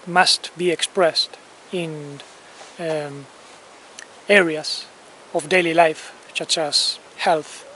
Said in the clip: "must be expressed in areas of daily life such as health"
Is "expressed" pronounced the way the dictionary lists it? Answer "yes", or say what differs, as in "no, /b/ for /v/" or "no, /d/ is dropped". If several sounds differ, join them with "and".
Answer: yes